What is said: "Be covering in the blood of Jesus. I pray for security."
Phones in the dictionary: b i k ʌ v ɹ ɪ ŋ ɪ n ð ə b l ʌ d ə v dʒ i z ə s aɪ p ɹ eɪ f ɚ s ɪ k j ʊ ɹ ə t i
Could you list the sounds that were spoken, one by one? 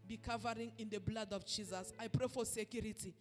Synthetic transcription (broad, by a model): b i k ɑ v ɹ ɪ ŋ ɪ n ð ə b l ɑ d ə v dʒ i z ə s aɪ p ɹ eɪ f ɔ s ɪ k j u ɹ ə t i